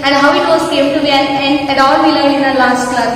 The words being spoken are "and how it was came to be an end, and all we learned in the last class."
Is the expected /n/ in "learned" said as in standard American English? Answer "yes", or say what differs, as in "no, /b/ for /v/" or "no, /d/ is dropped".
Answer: no, /n/ is dropped